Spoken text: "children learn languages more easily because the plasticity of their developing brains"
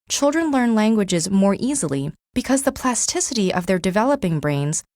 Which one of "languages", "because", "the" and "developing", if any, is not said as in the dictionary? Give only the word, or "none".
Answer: none